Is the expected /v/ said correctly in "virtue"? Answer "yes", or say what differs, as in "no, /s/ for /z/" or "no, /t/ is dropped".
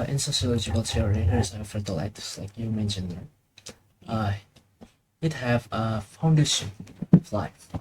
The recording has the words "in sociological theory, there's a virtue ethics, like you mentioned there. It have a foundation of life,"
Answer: no, /f/ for /v/